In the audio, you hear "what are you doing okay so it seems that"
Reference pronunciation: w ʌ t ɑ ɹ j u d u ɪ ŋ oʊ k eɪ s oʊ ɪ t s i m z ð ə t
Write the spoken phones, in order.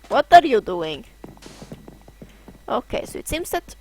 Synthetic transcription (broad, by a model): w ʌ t ɑ ɹ j u d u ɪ ŋ oʊ k eɪ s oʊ ɪ t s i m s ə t